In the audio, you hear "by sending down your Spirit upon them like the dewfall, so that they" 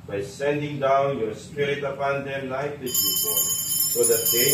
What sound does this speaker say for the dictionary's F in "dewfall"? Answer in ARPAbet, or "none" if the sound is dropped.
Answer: P